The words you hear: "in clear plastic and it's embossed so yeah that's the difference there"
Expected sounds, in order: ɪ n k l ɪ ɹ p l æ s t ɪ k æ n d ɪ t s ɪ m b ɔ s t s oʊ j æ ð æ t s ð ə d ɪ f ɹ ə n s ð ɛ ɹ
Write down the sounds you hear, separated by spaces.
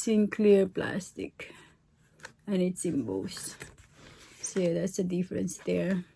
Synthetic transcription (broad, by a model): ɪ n k l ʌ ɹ p l æ s t ɪ k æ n ɪ t s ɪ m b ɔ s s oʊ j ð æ t s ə d ɪ f ɹ ə n s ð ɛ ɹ